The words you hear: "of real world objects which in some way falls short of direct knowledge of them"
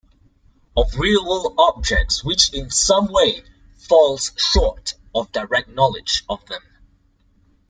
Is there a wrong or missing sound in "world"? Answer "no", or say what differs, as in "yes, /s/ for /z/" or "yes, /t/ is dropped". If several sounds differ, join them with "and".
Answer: yes, /d/ is dropped